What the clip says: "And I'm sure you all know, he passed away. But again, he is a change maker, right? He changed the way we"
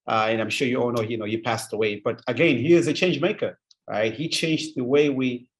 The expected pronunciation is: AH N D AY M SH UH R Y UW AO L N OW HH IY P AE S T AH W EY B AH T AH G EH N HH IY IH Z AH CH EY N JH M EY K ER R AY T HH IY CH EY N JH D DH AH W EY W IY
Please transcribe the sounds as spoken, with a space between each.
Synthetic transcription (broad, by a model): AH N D AY M SH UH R Y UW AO N N OW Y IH P AE S T AH W EY B AH T AH G EH N HH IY IH Z AH CH EY N JH M EY K ER R AY T HH IY CH EY N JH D DH AH W EY W IY